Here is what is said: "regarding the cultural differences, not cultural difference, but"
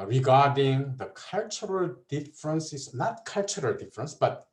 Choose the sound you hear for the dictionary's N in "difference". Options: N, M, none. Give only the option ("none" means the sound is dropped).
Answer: N